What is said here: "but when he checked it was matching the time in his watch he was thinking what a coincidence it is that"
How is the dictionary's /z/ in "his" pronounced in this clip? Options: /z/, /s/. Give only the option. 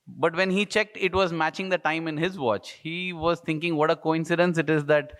/z/